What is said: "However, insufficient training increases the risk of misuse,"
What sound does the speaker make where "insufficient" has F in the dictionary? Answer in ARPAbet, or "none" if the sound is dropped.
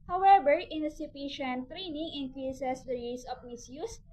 P